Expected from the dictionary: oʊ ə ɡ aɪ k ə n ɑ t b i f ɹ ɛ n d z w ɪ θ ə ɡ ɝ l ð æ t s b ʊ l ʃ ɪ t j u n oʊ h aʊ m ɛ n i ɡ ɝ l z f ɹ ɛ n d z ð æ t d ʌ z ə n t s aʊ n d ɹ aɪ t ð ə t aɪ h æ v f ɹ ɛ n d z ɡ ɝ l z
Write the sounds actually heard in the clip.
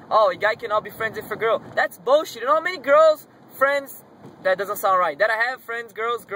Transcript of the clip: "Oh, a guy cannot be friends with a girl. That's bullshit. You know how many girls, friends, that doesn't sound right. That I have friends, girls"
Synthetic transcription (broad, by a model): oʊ ə ɡ aɪ k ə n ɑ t b i f ɹ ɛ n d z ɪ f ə ɡ ɝ l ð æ t s b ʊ ʃ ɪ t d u n oʊ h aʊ m ɛ n i ɡ ɝ l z f ɹ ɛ n d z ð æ t d ʌ z ə n t s aʊ n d ɹ aɪ t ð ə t aɪ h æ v f ɹ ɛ n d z ɡ ɝ l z